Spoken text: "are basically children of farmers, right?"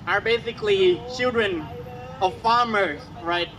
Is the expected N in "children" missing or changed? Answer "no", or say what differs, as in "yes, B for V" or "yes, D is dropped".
no